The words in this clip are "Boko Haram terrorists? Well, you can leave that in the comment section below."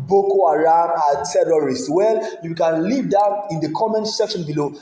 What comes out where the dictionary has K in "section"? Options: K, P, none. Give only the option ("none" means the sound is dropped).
K